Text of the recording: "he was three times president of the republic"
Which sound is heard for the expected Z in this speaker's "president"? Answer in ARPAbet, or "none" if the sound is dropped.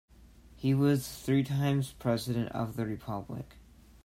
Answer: Z